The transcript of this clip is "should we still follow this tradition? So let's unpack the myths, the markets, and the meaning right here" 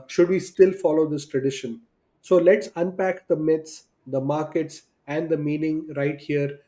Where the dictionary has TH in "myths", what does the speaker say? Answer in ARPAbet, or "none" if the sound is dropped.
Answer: T